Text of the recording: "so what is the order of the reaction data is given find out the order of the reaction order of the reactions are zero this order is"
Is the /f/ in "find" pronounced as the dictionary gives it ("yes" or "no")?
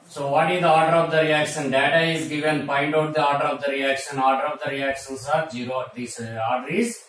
no